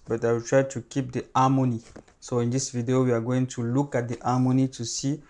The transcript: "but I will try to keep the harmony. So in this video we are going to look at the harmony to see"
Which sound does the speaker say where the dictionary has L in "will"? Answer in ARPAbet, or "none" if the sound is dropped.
W